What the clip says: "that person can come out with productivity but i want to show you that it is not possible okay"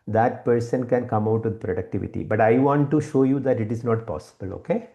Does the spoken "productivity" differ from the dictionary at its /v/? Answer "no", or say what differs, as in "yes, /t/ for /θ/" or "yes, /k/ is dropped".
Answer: no